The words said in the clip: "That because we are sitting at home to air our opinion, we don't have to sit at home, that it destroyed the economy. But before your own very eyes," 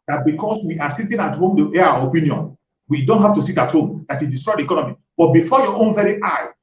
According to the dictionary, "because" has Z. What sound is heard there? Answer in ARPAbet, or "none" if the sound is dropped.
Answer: S